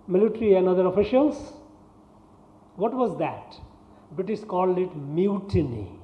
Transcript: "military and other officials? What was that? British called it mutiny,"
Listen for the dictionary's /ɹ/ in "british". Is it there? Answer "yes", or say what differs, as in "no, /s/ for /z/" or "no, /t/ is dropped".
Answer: no, /ɹ/ is dropped